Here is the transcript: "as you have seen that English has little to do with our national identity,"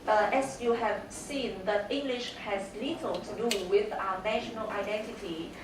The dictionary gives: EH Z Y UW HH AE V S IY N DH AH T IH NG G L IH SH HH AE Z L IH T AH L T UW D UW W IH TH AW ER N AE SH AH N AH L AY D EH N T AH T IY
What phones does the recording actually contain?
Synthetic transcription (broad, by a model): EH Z Y UW HH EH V S IY N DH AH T IH NG G L IH SH HH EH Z L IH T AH L T UW D UW W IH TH AW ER N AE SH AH N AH L AY D EH N T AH T IY